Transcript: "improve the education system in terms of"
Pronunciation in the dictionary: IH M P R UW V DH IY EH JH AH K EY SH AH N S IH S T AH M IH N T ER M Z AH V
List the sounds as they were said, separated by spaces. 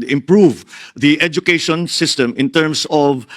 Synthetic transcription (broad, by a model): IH M P R UW V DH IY EH JH AH K EY SH AH N S IH S T AH M IH N T ER M S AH V